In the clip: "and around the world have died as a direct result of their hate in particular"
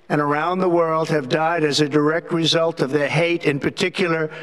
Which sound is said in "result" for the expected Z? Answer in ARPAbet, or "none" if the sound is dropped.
Z